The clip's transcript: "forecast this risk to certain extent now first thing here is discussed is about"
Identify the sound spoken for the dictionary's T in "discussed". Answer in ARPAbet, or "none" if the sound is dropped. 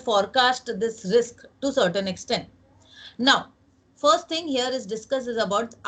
none